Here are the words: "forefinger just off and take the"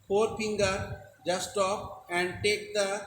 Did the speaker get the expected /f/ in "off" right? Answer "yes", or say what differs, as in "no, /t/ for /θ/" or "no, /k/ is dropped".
no, /p/ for /f/